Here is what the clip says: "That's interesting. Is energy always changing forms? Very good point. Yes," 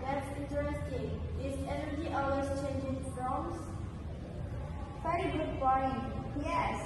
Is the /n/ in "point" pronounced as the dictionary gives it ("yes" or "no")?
no